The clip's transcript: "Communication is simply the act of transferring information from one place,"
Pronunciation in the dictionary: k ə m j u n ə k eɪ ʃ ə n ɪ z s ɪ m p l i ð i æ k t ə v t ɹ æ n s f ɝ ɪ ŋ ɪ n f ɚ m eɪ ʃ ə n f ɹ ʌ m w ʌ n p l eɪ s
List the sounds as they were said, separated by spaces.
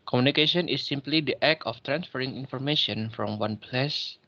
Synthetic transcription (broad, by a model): k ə m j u n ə k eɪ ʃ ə n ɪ s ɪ m p l i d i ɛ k ə f t ɹ æ n s f ɝ ɪ ŋ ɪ n f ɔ m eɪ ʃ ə n f ɹ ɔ m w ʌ n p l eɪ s